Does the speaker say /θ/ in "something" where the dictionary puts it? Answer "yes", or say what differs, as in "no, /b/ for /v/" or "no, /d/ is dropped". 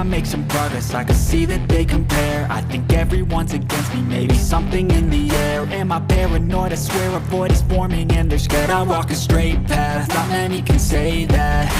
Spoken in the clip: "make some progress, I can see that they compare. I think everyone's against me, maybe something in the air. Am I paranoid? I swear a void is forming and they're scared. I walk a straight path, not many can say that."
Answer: yes